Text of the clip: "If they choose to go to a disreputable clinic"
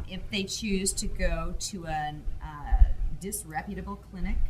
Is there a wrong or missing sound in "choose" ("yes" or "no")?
no